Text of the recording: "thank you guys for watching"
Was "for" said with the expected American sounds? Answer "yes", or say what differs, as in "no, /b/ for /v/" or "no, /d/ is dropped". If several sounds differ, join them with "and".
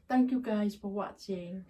yes